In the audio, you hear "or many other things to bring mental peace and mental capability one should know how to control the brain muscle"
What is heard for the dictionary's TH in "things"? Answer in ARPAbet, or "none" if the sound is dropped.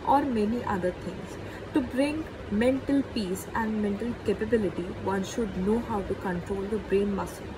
T